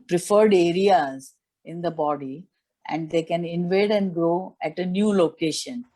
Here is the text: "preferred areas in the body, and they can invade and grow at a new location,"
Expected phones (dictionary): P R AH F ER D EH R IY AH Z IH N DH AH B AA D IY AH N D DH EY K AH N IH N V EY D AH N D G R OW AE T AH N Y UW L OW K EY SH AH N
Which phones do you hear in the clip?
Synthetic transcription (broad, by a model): P R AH F ER D EH R IY AH Z IH N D AH B AA D IY AH N D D EY K AH N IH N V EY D AH N D G R OW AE T AH N Y UW L OW K EY SH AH N